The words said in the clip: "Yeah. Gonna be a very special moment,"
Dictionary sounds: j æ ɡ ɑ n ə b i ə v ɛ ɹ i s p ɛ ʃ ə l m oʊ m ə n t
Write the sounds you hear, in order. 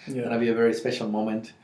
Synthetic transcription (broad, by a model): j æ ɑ ə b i ə v ɛ ɹ i s p ɛ ʃ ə l m oʊ m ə n t